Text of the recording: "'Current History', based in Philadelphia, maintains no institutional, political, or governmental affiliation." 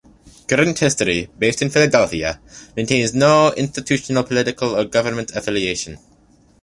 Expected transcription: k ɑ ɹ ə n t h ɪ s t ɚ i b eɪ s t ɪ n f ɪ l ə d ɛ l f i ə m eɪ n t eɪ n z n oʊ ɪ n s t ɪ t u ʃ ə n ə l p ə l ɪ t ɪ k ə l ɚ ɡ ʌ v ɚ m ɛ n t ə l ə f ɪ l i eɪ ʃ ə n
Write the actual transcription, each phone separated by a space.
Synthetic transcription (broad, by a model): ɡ ɹ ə n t h ɪ s t ɚ i b eɪ s t ɪ n f ɪ l ə d ɛ l f i ə m eɪ n t eɪ n z n oʊ ɪ n s t ɪ t u ʃ ə n ə l p ə l ɪ t ɪ k ə l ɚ ɡ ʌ v ɚ m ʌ n t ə ə f ɪ l i eɪ ʃ ə n